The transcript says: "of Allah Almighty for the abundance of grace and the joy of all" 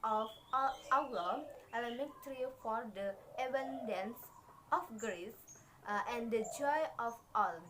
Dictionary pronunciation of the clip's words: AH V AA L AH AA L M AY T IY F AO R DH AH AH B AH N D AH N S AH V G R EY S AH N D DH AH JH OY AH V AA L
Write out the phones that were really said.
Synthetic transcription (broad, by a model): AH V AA AH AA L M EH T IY F AO R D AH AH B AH N D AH N S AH F G R EY S AH N D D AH JH OY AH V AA L